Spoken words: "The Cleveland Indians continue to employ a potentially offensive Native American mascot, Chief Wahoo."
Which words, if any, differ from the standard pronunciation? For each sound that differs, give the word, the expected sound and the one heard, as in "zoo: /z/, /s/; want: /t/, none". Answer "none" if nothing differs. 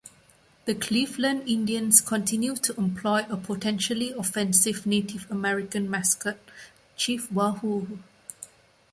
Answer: indians: /z/, /s/